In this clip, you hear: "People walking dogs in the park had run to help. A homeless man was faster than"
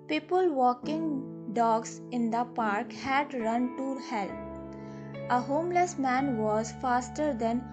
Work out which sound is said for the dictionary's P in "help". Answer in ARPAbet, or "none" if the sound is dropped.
none